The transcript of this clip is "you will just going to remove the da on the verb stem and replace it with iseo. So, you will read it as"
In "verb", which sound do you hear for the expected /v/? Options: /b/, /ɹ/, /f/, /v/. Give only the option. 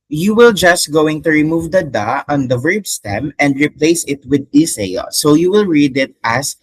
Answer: /v/